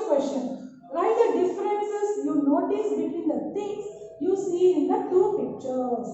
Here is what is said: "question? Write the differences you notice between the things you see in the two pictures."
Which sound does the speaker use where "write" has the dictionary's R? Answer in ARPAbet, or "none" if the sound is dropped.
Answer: L